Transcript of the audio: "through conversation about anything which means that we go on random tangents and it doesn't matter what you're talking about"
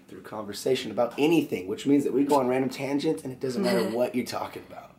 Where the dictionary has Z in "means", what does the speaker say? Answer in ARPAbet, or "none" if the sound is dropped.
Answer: Z